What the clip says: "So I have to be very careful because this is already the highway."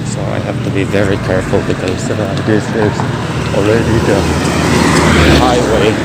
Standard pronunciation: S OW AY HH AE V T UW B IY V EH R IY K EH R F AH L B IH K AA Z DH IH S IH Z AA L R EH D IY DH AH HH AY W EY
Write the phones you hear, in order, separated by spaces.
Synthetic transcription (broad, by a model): S OW AY HH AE F T UW B IY V EH R IY K EH R F AH L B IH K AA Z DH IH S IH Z AA L R EH D IY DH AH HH AY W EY